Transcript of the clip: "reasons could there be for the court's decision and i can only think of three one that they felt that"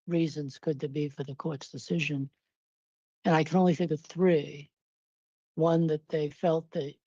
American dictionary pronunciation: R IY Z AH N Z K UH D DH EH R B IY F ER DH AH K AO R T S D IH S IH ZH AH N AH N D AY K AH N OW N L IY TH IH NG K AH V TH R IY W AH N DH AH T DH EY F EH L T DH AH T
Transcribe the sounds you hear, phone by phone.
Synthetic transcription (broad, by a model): R IY Z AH N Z K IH D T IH B IY F ER DH AH K AO R T S D IH S IH ZH AH N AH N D AY K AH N OW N L IY TH IH NG K AH V TH R IY W AH N DH AH T DH EY F EH L T DH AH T